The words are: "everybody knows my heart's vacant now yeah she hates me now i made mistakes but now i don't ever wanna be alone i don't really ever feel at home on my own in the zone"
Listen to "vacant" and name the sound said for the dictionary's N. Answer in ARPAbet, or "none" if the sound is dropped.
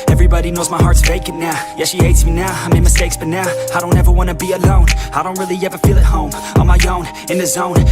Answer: none